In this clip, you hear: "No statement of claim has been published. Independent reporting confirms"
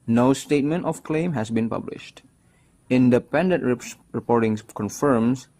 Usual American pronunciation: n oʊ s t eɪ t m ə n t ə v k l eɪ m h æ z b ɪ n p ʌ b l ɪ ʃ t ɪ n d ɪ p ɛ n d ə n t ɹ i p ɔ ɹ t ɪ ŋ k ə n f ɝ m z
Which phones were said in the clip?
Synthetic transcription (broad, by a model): n oʊ s t eɪ t m ə n t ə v k l eɪ m h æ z b ɪ n p ʌ b l ɪ ʃ t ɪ n d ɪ p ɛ n d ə n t ɹ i p ɔ ɹ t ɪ ŋ k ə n f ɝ m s